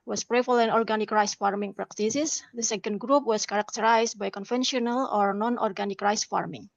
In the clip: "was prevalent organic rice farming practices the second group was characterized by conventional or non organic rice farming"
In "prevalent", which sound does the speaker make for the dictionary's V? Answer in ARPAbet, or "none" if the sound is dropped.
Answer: F